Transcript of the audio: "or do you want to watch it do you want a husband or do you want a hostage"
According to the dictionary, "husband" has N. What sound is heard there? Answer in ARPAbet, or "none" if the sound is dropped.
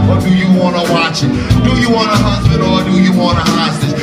none